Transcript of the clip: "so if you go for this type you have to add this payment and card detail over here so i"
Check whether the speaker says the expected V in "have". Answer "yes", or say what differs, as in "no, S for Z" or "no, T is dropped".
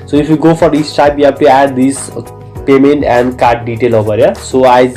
no, B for V